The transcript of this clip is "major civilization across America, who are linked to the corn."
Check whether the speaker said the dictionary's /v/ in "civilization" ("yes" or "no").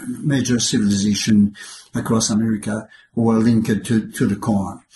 yes